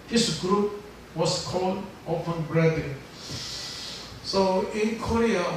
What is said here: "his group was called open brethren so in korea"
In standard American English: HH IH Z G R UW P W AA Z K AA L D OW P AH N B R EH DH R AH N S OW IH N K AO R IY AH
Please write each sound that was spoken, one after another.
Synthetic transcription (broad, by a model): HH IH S G R UW P W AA S K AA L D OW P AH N B R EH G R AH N S OW IH N K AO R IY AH